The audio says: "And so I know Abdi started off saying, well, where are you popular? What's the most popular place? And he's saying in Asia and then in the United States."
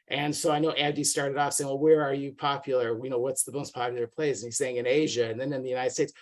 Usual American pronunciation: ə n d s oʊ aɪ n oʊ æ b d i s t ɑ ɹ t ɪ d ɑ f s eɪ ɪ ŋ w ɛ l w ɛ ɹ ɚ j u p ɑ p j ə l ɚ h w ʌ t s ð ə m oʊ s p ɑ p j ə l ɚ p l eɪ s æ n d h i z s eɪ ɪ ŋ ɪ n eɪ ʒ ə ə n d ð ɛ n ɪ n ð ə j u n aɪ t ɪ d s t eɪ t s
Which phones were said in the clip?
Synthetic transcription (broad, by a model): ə n s oʊ aɪ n oʊ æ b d i s t ɑ ɹ t ɪ d ɑ f s eɪ ɪ ŋ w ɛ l w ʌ ɹ ɚ j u p ɑ p j l ɚ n w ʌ t s ð ə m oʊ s p ɑ p j l ɚ p l eɪ s n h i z s eɪ ɪ ŋ ɪ n eɪ ʒ ə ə n ð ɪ n ɪ n ð ə j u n aɪ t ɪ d s t eɪ t s